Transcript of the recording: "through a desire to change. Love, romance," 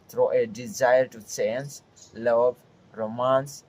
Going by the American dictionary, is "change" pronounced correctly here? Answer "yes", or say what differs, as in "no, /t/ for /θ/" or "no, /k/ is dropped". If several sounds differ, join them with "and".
no, /s/ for /tʃ/